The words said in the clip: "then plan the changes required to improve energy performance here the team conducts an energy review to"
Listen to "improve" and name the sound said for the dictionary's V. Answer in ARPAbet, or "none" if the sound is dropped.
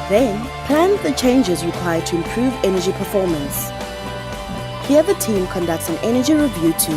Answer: V